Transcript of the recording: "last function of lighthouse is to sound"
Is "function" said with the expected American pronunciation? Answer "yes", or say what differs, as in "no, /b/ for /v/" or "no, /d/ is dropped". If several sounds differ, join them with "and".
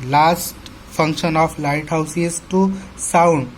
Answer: no, /p/ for /f/